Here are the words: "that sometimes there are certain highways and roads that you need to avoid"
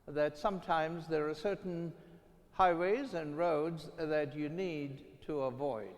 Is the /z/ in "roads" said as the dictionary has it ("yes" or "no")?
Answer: yes